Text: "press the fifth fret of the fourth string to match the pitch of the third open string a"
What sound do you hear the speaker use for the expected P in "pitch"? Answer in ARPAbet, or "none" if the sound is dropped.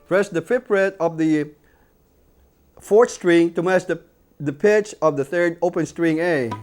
P